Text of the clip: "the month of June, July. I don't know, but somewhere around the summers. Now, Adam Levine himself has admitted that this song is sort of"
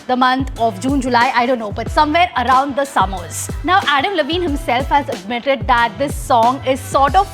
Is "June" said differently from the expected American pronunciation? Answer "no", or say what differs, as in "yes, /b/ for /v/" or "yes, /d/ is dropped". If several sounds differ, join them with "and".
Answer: no